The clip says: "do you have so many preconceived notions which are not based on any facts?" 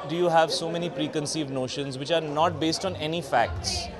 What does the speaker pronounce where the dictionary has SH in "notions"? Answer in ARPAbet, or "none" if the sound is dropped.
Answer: SH